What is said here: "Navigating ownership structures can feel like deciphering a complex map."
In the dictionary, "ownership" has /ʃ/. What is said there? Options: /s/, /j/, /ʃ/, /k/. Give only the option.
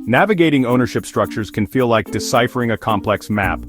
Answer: /ʃ/